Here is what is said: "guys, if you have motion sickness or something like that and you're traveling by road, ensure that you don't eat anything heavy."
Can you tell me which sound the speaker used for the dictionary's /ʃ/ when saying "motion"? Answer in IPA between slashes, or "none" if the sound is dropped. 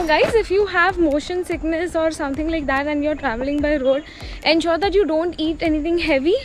/ʃ/